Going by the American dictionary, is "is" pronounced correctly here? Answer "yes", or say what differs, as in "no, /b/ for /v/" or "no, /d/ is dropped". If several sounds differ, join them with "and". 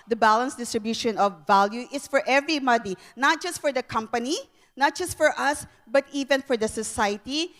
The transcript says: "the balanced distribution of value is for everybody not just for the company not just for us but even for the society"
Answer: no, /s/ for /z/